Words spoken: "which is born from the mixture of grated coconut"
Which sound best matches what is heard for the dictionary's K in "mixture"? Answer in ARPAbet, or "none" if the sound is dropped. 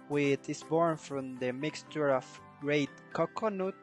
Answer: K